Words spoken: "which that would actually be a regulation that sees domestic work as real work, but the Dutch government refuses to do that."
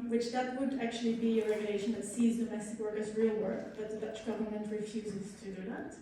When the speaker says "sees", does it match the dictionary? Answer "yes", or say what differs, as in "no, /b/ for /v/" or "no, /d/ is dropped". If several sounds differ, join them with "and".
yes